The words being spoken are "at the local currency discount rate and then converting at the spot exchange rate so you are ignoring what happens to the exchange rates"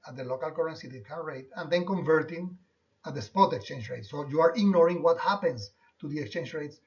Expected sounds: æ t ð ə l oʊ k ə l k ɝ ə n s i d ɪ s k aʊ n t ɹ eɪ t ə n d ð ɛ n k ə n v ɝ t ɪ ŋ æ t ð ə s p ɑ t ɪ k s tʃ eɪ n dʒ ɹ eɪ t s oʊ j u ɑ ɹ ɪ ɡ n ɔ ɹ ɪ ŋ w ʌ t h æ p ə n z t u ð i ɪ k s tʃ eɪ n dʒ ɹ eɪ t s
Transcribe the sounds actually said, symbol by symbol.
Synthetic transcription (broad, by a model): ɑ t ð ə l oʊ k ə l k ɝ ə n s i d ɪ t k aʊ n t ɹ eɪ t ə n d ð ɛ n k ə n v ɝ t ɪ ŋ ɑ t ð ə s p ɑ t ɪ k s tʃ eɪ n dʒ ɹ eɪ t s oʊ j u ɑ ɹ ɪ ɡ n ɔ ɹ ɪ ŋ w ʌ t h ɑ p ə n s t u ð i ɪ k s tʃ eɪ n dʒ ɹ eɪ t s